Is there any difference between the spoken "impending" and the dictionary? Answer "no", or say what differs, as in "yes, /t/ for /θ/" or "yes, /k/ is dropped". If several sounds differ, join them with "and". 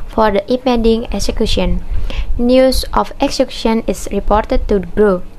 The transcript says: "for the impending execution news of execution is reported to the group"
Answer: yes, /n/ is dropped